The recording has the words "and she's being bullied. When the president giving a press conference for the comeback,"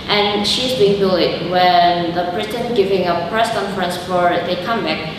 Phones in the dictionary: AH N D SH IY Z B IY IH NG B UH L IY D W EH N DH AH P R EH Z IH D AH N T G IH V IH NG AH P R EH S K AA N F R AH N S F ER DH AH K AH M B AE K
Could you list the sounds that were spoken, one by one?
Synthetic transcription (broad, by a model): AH N SH IY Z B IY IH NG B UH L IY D W EH N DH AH B R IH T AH N G IH V IH NG AH P R EH S K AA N F R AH N S F ER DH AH K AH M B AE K